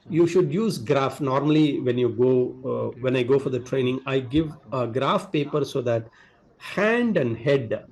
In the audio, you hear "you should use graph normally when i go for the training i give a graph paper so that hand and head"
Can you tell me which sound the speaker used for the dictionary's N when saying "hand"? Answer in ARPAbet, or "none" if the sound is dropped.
N